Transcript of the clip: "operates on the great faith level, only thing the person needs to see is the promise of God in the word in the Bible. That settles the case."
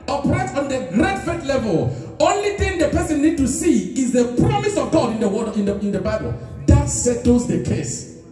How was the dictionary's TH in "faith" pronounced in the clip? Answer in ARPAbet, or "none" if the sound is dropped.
T